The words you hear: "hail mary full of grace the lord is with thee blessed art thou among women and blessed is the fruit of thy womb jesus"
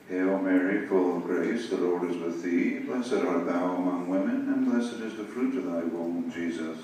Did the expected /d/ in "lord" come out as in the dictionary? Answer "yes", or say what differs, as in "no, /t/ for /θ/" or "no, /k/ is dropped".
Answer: yes